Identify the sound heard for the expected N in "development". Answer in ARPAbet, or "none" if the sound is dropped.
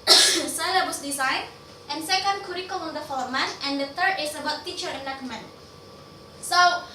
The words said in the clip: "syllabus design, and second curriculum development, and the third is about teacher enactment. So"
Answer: none